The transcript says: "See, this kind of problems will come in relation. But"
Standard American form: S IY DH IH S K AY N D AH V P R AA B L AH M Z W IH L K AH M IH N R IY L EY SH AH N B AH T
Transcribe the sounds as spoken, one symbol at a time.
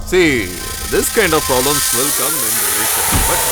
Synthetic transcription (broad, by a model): S IY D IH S K AY N D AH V P R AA B L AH M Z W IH L K AH M IH N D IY EY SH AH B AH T